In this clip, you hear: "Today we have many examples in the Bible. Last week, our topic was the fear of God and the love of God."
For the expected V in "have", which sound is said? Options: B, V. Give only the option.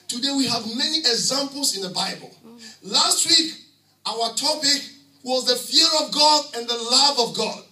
V